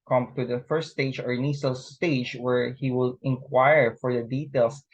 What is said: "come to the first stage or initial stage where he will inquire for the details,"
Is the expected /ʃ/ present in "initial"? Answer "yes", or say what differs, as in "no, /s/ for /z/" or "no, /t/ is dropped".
no, /s/ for /ʃ/